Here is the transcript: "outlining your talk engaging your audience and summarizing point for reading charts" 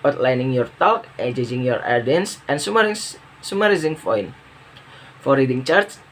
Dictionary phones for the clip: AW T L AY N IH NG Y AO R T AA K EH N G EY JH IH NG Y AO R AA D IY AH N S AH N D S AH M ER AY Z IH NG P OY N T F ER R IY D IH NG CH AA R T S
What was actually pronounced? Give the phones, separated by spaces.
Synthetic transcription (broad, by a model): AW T L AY N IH NG Y AO R T AA K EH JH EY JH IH NG Y AO R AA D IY N S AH N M S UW M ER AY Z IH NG F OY N F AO R IY D IH NG CH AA R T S